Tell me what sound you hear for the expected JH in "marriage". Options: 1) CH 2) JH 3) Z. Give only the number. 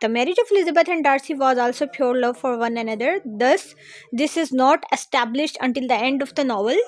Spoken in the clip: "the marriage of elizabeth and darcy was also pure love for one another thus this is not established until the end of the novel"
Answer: 2